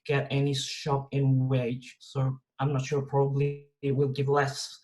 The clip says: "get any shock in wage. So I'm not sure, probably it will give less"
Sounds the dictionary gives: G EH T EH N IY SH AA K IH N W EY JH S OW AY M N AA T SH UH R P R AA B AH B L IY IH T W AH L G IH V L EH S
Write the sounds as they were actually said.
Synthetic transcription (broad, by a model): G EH T EH N IY SH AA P IH N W EY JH S OW AY M N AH T SH UH R P R AA B AH B L IY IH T W AH L G IH V L EH S